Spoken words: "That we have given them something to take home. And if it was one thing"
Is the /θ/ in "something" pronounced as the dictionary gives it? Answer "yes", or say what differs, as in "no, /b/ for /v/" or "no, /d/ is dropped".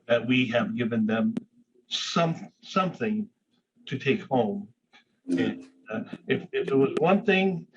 yes